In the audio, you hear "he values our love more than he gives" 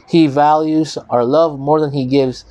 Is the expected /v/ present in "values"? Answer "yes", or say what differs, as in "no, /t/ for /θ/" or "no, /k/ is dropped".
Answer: yes